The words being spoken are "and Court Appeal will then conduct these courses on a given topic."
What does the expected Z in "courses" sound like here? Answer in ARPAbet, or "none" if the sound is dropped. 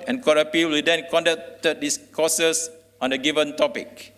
S